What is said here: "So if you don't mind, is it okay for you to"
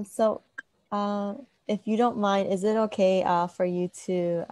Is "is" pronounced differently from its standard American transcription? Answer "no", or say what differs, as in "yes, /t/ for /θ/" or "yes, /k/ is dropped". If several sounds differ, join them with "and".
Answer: no